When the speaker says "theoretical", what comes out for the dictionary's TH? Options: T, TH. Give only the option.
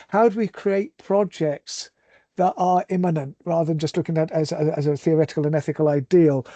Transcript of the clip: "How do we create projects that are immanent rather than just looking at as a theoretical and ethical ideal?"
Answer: TH